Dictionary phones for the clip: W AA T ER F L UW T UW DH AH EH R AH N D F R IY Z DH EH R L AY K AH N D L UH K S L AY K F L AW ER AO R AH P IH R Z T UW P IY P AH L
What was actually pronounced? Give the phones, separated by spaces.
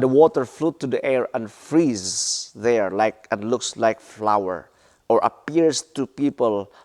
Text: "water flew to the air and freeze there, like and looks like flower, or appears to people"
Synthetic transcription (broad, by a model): W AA T ER F L UW T UW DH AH EH R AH N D F R IY Z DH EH R L AY K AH N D L UH K S L AY K F L AW ER AO R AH P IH R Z T UW P IY P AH L